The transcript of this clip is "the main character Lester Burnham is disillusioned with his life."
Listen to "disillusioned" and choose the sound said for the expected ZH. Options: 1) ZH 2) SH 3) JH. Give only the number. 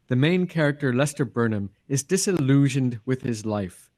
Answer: 1